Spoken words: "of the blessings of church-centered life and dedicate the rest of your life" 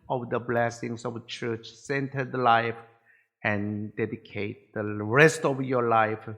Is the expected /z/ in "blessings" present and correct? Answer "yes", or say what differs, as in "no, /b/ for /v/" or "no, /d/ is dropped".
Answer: no, /s/ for /z/